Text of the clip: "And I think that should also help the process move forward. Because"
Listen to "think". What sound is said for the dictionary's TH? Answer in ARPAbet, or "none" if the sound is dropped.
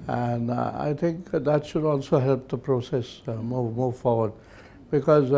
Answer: TH